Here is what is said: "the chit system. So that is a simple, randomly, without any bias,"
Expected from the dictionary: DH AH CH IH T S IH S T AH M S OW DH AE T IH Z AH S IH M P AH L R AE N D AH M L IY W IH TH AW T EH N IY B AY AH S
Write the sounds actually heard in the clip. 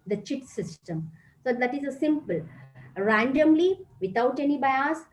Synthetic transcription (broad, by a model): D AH CH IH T S IH S T AH M S OW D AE T IH Z AH S IH M P AH L R AE N D AH M L IY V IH T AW T EH N IY B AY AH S